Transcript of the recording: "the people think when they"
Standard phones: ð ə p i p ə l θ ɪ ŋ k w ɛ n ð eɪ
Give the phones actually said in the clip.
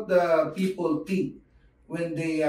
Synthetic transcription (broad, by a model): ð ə p i p ə l t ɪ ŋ k w ɛ n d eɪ